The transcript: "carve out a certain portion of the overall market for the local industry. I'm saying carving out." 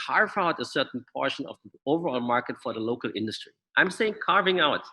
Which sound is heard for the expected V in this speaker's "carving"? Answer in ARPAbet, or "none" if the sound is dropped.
V